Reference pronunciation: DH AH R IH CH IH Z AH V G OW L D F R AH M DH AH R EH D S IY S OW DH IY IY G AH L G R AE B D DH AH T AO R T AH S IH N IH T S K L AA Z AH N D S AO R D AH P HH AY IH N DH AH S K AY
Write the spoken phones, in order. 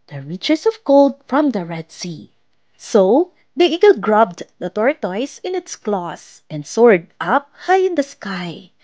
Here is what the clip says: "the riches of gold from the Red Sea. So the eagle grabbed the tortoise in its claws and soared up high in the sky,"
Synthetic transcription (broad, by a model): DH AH R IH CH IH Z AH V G OW L D F R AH M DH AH R EH D S IY S OW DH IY IY G AH L G R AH B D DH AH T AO R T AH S IH N IH T S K L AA S AH N D S AO R D AH P HH AY IH N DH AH S K AY